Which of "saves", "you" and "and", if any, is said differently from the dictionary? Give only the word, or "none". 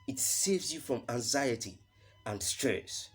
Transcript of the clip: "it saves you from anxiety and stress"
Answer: none